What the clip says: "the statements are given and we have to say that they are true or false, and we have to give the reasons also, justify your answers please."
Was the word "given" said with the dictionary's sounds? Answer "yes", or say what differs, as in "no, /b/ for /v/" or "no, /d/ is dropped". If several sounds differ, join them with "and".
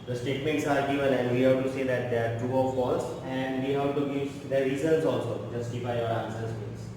no, /l/ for /n/